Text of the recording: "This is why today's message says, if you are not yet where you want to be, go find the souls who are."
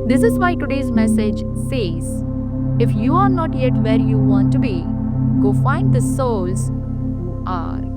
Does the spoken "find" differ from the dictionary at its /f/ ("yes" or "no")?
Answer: no